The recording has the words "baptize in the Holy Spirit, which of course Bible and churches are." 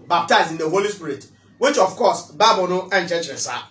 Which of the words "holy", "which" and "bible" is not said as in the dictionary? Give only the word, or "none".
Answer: bible